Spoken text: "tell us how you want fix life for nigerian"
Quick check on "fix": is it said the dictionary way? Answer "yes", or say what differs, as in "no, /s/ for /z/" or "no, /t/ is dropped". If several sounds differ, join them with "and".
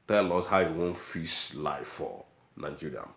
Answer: no, /k/ is dropped